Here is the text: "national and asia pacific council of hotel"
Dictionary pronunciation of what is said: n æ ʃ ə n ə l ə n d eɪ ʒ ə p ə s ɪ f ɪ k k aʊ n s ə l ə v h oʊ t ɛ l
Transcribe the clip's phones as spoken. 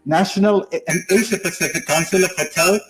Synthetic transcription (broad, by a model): n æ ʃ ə n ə l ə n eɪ ʃ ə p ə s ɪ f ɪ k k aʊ n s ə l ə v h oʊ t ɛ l